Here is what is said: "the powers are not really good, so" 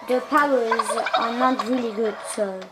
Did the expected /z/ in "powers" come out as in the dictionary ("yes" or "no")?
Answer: yes